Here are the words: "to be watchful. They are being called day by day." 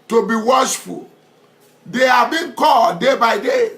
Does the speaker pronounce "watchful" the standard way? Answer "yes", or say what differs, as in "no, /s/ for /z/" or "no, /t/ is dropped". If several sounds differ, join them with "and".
no, /ʃ/ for /tʃ/